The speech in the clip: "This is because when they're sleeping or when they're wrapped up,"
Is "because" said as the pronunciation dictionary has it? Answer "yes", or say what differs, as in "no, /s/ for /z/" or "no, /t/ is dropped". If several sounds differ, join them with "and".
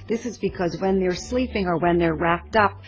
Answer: yes